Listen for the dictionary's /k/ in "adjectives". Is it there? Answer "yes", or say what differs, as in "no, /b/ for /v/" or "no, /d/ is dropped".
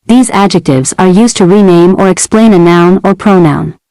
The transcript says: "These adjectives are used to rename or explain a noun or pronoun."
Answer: yes